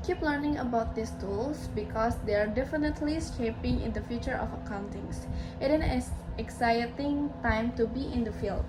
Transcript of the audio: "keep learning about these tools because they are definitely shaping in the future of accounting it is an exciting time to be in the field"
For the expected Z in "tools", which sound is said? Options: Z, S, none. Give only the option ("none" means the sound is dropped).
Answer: S